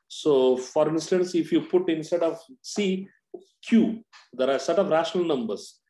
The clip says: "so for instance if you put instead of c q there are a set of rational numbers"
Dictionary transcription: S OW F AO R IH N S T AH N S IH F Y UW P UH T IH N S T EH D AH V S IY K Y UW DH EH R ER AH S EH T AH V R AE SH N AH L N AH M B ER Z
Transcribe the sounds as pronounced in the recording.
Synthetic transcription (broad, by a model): S OW F AO R IH N S T AH N S IH F Y UW P UH T IH N S T EH D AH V S IY K Y UW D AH R AH S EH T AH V R AE SH N AH L N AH M B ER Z